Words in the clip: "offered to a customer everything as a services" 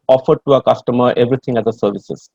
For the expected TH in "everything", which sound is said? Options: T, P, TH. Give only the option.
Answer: T